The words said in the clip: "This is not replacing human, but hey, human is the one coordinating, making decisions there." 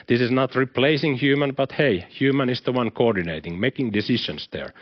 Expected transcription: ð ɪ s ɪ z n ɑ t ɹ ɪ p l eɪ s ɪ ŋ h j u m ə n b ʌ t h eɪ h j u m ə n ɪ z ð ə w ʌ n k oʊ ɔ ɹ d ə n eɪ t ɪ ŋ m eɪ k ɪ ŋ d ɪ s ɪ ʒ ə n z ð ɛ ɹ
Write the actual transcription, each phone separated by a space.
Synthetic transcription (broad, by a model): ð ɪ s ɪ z n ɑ t ɹ ɪ p l eɪ s ɪ ŋ h j u m ə n b ʌ t h eɪ h j u m ə n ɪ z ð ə w ʌ n k oʊ ɔ ɹ d ə n eɪ t ɪ ŋ m eɪ k ɪ ŋ d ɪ s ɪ ʃ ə n s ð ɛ ɹ